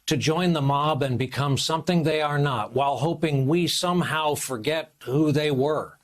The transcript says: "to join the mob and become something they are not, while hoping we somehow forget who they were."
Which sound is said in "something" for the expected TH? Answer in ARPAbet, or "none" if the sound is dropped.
TH